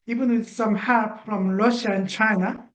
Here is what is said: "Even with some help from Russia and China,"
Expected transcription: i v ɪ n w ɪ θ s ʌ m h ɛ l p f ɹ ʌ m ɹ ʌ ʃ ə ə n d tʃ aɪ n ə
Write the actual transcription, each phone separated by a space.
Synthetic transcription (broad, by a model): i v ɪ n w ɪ s ʌ m h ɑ p f ɹ ʌ m ɹ ʌ ʃ ə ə n tʃ aɪ n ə